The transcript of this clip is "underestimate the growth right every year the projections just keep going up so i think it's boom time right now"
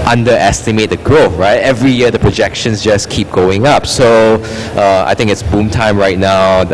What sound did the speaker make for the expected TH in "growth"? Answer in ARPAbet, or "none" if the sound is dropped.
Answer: F